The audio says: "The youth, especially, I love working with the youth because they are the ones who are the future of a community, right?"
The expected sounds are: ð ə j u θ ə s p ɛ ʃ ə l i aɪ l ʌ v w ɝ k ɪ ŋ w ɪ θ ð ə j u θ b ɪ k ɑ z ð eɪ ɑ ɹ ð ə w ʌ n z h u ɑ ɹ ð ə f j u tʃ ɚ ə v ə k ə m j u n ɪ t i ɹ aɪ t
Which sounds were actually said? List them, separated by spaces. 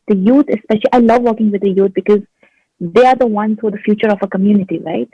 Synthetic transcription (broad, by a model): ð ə j u t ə s p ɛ ʃ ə l i aɪ l ʌ v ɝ k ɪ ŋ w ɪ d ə j u t b ɪ k ɑ z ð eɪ ɑ ɹ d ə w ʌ n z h ɑ ɹ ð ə f j u tʃ ɚ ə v ə k ə m j u n ɪ t i ɹ aɪ t